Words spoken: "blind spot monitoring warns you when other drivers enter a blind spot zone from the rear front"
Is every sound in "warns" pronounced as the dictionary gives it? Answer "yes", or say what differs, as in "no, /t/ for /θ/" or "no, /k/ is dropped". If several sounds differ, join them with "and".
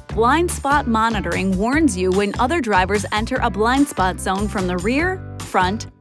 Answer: yes